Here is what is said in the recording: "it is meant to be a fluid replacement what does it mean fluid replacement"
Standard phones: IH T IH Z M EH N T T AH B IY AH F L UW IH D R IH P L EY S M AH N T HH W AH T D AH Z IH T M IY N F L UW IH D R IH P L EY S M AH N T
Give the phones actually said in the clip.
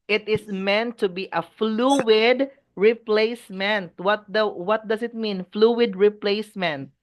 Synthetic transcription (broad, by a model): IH T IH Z M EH N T T AH B IY AH F L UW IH D R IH P L EY S M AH N T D W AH T D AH S IH T M IY N F L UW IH D R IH P L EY S M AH N T